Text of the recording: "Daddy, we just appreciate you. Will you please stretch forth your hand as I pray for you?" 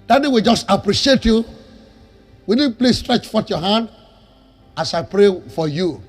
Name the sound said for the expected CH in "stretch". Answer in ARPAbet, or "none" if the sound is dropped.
CH